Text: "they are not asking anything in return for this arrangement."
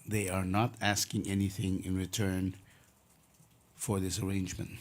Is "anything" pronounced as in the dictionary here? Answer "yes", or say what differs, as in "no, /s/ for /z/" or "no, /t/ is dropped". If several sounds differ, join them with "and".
yes